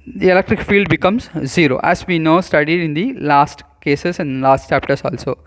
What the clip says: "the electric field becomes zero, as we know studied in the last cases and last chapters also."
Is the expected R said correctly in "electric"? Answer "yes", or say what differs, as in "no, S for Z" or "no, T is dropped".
yes